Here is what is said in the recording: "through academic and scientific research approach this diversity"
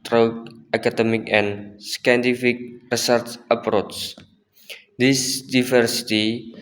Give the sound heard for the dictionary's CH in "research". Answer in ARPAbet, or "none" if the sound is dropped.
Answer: S